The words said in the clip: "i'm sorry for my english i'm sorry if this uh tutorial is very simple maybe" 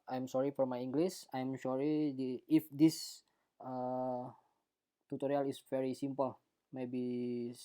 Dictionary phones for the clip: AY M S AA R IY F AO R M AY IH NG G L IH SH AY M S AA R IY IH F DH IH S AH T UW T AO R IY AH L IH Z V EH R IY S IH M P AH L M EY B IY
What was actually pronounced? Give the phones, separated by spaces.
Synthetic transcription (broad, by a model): AY M S AA R IY F AO R M AY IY NG G L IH S AY M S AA R IY IH F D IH S AH T UW T AO R IY AH L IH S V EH R IY S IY M P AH L M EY B IY